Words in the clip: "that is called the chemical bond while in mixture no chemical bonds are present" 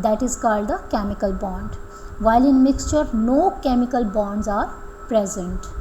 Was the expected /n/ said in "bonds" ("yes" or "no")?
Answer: yes